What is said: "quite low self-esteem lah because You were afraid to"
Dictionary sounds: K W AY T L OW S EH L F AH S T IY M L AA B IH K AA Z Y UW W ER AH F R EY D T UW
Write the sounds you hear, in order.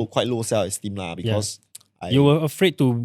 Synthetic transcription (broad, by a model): K W AY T L OW S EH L AH S T IY M L AA B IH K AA S Y UW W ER AH F R EY D T UW